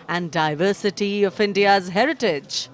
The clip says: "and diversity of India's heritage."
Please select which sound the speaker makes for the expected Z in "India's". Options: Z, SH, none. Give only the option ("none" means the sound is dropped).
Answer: Z